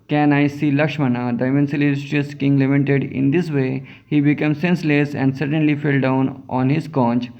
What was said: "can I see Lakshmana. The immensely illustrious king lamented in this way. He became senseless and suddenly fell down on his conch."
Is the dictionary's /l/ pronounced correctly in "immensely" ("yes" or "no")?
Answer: no